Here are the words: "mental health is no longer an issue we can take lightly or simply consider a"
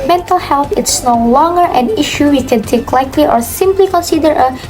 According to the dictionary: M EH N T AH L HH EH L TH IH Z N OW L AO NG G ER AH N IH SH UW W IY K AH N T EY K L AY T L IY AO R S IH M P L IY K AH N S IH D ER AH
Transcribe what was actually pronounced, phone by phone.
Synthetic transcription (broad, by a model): M EH N T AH L HH EH L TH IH S N OW L AO NG G ER AH N IH SH UW W IY K AH N T EY K L AY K L IY AO R S IH M P L IY K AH N S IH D ER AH